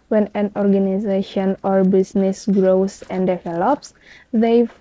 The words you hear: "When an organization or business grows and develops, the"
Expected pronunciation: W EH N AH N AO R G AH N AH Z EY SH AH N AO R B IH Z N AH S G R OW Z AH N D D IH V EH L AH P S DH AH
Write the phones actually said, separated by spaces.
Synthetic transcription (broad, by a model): W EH N AH N AO R G AH N AH Z EY SH AH N AO R B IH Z N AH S G R OW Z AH N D D IH V EH L AH P S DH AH